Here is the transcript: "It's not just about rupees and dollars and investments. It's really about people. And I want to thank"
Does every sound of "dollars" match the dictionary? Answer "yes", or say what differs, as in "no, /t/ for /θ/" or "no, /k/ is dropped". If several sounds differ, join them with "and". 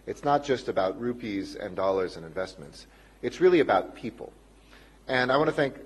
yes